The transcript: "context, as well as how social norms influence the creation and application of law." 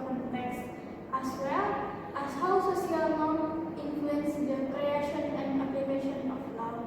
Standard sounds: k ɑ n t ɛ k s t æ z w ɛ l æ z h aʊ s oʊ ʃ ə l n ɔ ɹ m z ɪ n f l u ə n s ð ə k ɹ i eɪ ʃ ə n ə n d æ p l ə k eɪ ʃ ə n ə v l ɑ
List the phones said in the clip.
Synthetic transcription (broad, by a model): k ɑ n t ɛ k s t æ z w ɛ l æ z h aʊ s oʊ s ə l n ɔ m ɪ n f l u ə n s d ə k ɹ i eɪ ʃ ə n ə n d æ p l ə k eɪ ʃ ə n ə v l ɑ